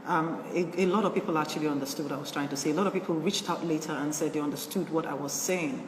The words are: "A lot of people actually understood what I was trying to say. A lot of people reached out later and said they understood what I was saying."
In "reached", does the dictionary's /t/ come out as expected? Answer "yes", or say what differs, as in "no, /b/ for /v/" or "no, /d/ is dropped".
yes